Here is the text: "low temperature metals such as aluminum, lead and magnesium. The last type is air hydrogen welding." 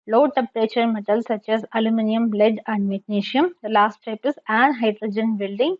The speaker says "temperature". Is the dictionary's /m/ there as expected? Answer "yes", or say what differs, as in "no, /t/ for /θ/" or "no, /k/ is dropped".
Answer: no, /m/ is dropped